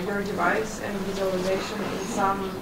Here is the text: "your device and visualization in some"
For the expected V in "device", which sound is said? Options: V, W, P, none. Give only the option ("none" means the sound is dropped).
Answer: V